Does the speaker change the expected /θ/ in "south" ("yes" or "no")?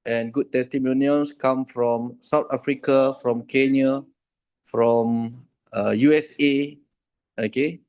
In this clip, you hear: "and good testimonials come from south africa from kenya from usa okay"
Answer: yes